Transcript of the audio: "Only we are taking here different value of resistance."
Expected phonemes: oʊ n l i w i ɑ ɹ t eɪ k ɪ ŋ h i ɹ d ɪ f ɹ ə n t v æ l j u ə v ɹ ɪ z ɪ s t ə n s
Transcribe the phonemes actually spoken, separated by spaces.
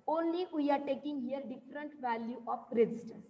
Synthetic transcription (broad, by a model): oʊ n l i w i ɑ ɹ t eɪ k ɪ ŋ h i ɹ d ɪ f ɹ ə n t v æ l j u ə p ɹ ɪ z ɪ s t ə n s